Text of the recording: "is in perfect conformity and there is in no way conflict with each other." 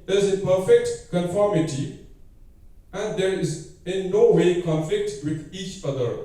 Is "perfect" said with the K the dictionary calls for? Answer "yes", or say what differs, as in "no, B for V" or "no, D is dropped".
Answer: yes